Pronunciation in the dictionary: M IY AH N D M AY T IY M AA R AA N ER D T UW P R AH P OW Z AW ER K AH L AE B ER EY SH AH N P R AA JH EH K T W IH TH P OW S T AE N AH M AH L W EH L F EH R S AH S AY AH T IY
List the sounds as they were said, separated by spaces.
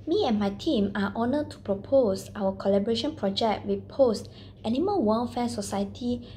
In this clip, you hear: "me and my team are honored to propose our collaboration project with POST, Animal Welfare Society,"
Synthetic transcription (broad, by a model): M IY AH N M AY T IY M AA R AA N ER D T UW P R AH P OW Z AW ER K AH L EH B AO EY SH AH N P R AA JH EH K T W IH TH P OW S T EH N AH M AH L W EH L F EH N S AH S AY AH T IY